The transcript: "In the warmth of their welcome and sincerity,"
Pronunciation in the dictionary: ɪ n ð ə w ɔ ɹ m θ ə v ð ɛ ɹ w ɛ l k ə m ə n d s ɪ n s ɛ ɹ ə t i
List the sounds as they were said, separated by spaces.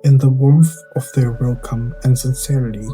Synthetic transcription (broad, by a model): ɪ n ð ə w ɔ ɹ θ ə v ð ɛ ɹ w ɛ l k ə m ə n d s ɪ n s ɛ ɹ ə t i